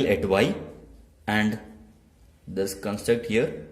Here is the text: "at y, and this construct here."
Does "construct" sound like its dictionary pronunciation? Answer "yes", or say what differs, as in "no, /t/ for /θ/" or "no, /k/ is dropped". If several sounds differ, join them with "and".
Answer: yes